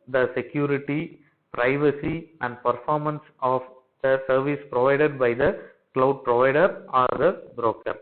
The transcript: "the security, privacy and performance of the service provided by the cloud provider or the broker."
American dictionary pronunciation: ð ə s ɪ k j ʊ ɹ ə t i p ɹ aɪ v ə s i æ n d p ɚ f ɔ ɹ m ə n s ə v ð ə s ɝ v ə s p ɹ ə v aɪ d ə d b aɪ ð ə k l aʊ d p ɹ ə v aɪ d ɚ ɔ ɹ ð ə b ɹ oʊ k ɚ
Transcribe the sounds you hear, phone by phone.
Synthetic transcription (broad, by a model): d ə s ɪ k j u ɹ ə t i p ɹ aɪ v ə s i æ n d p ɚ f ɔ ɹ m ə n s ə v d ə s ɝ v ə s p ɹ ə v aɪ d ə d b aɪ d ə k l aʊ d p ɹ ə v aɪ d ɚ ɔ ɹ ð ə b ɹ oʊ k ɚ